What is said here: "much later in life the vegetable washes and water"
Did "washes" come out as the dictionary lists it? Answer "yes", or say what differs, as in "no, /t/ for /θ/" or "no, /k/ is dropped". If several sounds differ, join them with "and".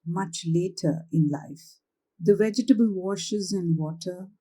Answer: yes